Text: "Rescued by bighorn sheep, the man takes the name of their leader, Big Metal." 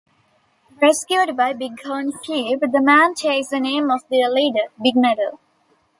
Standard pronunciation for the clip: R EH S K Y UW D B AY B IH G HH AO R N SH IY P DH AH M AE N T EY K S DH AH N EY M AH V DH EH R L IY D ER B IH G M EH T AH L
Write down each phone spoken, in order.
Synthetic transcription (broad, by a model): R EH S K Y UW D B AY B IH G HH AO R N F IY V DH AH M AE N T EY S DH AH N EY M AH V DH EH L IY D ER B IH G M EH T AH L